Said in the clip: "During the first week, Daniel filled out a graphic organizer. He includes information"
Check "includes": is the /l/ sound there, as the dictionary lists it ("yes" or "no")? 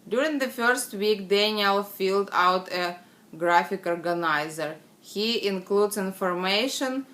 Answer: yes